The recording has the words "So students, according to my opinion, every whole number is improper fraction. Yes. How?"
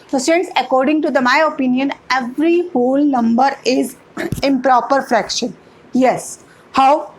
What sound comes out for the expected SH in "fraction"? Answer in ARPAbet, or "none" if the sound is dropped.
SH